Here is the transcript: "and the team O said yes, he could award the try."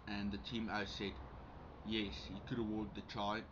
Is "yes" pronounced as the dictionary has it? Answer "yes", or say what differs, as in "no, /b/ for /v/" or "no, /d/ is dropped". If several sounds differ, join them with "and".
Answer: yes